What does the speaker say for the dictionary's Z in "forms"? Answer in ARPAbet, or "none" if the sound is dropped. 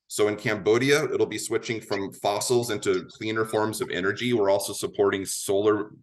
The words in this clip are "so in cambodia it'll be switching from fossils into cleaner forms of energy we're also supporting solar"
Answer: Z